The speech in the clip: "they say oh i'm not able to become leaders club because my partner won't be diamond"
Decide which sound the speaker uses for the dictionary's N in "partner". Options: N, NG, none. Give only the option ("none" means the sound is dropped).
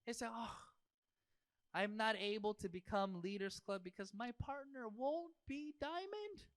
N